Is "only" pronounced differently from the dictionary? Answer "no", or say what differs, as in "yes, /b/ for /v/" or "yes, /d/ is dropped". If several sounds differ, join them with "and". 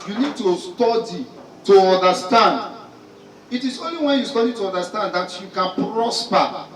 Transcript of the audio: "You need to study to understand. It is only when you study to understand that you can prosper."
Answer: no